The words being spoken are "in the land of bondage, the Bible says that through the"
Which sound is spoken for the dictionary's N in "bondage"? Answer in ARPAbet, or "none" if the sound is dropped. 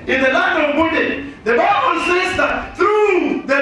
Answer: none